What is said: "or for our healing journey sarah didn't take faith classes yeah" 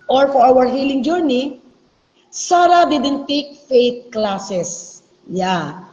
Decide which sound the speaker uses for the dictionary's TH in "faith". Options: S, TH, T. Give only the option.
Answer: T